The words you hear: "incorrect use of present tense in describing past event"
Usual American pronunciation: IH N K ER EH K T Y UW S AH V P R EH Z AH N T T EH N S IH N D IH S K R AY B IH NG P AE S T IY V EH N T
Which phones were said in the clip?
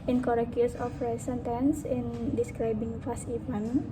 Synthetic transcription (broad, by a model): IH N K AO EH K Y UW S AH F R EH S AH N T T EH N S IH N D IH S K R AY B IH NG F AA S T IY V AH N